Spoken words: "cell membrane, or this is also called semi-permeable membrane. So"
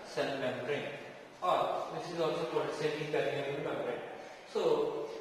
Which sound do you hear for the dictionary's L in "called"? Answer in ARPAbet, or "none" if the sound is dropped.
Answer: none